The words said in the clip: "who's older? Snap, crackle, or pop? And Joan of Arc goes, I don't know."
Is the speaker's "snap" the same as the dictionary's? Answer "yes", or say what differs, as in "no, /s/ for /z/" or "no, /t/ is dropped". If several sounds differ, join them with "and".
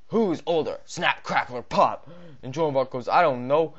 yes